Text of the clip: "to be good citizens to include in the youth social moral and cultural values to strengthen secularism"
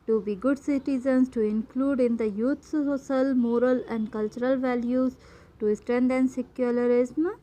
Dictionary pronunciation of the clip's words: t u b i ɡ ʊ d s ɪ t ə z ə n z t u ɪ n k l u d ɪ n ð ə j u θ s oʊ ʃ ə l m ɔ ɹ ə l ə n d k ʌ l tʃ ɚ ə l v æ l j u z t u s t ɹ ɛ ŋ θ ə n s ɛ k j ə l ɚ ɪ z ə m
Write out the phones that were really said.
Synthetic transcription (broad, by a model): t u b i ɡ ʊ d s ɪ t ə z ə n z t u ɪ n k l u d ɪ n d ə j u t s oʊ s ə l m ɔ ɹ ə l ə n d k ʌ l tʃ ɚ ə l v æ l j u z t u s t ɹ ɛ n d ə n s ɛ k j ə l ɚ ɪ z m